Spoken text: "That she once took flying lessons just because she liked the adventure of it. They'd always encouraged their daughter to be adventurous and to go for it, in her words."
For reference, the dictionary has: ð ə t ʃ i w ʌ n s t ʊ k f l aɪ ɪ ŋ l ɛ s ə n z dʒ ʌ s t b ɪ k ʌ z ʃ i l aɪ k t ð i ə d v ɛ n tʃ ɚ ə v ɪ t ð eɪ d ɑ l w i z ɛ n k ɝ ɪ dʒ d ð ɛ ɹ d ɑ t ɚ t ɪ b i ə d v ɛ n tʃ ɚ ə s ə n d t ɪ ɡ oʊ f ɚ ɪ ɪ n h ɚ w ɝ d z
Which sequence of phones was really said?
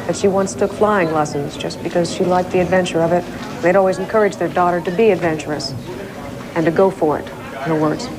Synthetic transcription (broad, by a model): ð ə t ʃ i w ʌ n s t ʊ k f l aɪ ɪ ŋ l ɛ s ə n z dʒ ʌ s b ɪ k ʌ z ʃ i l aɪ k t ð i ə d v ɛ n tʃ ɚ ə v ɪ t ð eɪ d ɑ l w i z n k ɝ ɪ dʒ ð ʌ ɹ d ɑ t ɚ t ɪ b i ə d v ɛ n tʃ ɚ ə s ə n t ɪ ɡ oʊ f ɚ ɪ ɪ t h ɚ w ɝ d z